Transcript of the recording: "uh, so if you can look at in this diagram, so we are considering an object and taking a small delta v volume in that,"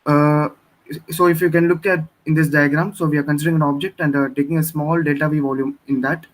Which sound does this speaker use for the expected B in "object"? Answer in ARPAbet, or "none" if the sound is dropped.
B